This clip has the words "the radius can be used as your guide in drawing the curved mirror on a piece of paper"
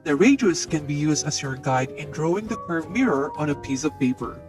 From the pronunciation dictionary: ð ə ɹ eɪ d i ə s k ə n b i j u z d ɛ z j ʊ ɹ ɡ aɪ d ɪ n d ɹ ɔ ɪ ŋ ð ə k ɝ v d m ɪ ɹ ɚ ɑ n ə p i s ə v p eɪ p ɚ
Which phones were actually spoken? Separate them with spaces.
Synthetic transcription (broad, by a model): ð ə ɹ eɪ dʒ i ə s k ə n b i j u z d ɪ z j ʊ ɹ ɡ aɪ d ɪ n d ɹ ɔ ɪ ŋ ð ə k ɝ v m ɪ ɹ ɚ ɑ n ə p i s ə v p eɪ p ɚ